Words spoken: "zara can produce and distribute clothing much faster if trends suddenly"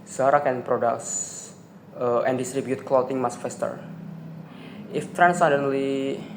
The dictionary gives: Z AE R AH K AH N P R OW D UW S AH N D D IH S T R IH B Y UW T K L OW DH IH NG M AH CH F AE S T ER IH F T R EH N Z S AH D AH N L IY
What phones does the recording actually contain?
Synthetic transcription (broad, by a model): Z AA R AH K AH N P R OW D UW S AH N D D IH S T R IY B Y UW T K L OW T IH NG M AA S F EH S T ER IH F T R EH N S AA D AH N L IY